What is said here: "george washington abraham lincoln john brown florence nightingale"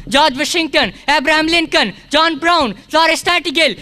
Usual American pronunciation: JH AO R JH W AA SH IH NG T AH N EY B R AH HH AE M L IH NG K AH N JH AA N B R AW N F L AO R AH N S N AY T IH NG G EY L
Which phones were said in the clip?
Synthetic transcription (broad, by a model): JH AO JH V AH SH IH NG T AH N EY B R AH HH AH M L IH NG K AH N JH AA N B R AW N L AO R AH S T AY T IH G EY L